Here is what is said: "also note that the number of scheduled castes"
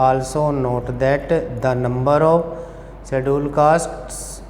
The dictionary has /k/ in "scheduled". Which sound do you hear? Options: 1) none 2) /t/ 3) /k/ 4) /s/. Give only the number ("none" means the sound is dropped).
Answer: 1